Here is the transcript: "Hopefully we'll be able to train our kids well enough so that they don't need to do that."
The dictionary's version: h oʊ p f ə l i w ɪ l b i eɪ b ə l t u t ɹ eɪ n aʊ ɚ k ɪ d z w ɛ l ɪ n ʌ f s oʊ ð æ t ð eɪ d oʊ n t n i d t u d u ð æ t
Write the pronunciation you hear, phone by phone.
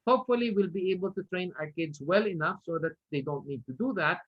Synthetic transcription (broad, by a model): h oʊ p f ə l i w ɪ l b i eɪ b ə l t u t ɹ eɪ n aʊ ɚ k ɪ d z w ɛ l ɪ n ʌ f s oʊ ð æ t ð eɪ d oʊ n t n i d t u d u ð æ t